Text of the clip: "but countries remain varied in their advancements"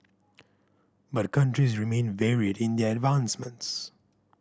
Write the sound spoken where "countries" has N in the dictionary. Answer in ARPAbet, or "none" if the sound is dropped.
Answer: N